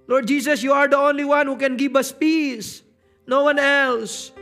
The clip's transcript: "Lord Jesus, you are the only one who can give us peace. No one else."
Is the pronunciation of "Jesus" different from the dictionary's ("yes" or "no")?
yes